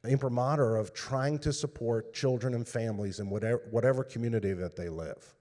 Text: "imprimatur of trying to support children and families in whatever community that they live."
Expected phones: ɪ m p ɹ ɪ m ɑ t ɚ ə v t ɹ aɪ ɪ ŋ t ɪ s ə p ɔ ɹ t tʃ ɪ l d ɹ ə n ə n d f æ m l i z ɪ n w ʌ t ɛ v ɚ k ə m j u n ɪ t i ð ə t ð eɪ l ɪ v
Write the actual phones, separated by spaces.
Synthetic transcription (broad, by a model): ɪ m p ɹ m ɑ t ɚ ə v t ɹ aɪ ɪ ŋ t ɪ s ə p ɔ ɹ t tʃ ɪ l d ɹ ə n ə n f æ m l i z ɪ n w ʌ t ɛ w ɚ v ə m j u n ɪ t i ð ə t ð eɪ l ɪ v